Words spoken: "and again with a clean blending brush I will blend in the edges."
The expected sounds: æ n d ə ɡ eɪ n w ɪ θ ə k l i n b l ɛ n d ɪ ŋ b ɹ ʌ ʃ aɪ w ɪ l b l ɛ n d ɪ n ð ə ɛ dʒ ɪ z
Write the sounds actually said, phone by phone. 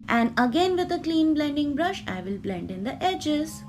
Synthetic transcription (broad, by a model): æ n d ə ɡ eɪ n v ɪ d ə k l i n b l ɛ n d ɪ ŋ b ɹ ʌ ʃ aɪ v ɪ l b l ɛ n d ɪ n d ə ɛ dʒ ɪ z